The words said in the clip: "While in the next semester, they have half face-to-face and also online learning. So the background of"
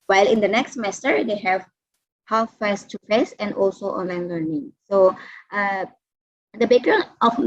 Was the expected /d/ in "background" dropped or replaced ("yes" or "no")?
yes